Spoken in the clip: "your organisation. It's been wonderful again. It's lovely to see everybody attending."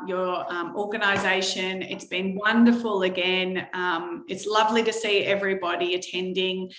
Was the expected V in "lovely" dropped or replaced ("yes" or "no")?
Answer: no